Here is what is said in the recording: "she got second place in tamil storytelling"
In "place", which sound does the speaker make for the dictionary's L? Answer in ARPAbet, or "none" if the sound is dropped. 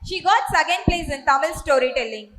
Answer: L